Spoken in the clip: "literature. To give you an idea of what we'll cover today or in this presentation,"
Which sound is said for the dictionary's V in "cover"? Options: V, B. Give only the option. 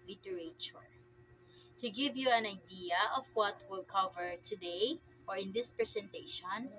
V